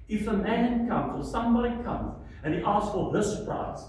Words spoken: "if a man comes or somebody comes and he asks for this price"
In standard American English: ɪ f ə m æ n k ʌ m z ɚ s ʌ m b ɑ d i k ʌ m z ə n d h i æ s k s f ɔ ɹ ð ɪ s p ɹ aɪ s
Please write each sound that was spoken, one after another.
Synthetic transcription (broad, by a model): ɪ f ə m æ n k ʌ m z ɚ s ʌ m b ɑ d i k ʌ m z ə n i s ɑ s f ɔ l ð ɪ s p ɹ aɪ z